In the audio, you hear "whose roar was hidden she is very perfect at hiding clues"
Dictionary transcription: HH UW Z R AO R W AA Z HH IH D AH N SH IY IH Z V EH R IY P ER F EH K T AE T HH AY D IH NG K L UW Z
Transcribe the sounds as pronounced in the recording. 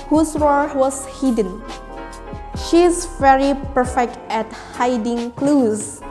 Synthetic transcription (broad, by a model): HH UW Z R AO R W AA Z HH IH D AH N SH IY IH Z V EH R IY P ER F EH K T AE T HH AY D IH NG K L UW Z